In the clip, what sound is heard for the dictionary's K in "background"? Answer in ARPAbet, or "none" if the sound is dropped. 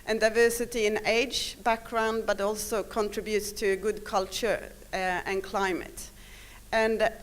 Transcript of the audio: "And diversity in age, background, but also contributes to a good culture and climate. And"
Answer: K